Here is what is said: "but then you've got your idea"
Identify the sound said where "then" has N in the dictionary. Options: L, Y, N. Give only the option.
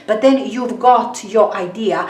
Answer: N